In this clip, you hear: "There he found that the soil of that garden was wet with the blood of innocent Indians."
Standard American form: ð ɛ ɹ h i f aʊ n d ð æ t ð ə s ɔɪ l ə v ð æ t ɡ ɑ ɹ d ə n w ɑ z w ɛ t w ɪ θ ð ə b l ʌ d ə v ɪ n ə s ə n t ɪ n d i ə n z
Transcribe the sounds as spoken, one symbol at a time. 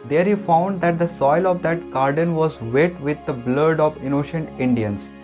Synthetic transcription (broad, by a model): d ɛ ɹ h i f aʊ n d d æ t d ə s ɔɪ l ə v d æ t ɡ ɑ ɹ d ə n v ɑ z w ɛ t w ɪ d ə b l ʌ d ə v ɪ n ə ʃ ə n t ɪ n d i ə n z